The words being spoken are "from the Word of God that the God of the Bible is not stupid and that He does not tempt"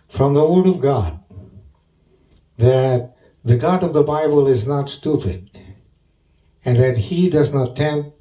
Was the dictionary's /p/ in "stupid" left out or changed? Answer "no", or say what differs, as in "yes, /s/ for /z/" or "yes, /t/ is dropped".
no